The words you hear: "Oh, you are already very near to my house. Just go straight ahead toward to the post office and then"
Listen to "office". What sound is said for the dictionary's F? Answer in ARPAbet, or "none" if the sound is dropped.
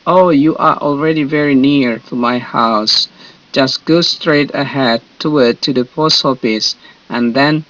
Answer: P